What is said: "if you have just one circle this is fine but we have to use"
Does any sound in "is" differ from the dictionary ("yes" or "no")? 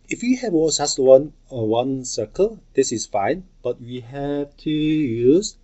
yes